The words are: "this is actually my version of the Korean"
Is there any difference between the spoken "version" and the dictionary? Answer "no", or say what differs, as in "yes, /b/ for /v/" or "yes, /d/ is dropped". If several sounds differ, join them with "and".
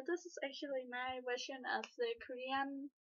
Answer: yes, /w/ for /v/